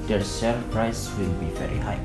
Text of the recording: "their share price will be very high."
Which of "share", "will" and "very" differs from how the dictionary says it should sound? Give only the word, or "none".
share